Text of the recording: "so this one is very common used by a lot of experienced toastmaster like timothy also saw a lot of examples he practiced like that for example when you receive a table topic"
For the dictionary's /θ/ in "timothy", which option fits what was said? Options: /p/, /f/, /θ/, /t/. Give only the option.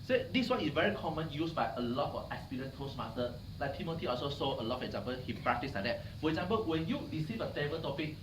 /t/